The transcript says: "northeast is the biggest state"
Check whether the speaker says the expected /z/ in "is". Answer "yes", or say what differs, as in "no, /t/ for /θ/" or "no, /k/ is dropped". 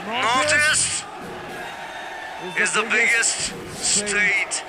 yes